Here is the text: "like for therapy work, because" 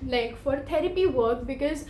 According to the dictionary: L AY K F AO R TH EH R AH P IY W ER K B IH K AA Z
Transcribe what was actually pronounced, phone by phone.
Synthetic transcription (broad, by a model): L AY K F AO R T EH R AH P IY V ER K B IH K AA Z